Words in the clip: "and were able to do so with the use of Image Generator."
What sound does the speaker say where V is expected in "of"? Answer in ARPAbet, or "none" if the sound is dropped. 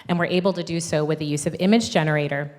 V